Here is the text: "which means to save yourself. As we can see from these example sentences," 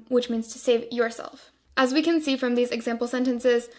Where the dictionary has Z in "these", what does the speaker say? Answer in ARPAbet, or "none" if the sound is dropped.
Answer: Z